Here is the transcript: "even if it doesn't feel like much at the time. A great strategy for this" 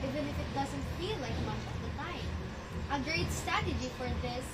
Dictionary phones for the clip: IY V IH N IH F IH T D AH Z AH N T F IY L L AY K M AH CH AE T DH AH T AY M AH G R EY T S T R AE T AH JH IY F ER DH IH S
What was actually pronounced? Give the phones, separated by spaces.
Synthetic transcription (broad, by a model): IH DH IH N IH F IH T D AH Z AH N T F IY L L AY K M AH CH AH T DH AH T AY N AH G R EY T S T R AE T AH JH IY F ER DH IH S